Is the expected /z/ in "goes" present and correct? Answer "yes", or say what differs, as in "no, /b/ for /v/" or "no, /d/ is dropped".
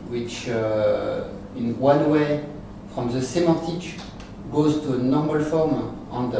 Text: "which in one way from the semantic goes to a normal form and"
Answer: yes